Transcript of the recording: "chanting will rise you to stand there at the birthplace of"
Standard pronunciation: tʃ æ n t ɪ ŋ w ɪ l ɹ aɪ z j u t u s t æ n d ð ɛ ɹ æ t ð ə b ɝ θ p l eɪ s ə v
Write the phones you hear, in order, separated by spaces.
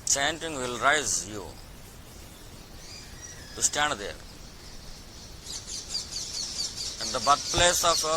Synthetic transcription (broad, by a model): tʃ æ n t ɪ ŋ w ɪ l ɹ aɪ z j u t u s t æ n d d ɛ ɹ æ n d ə b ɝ t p l eɪ s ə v